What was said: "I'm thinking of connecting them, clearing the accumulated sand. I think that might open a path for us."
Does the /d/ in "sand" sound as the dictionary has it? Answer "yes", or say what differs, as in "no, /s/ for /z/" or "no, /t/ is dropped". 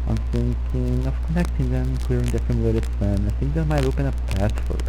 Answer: no, /d/ is dropped